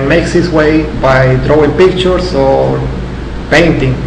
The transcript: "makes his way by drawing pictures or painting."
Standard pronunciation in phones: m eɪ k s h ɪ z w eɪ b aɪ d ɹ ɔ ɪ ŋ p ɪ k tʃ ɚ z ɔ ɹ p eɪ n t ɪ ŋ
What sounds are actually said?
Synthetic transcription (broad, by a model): m eɪ k s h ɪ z w eɪ b aɪ d ɹ ɔ ɪ ŋ p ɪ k tʃ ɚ s ɔ ɹ p eɪ n t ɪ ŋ